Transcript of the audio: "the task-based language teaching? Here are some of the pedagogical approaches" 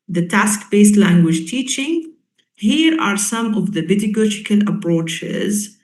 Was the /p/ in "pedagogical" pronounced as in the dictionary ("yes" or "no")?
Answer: no